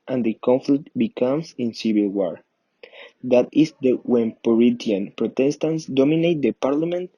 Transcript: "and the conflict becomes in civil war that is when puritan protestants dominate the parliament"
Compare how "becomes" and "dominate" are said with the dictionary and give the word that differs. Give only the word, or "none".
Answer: becomes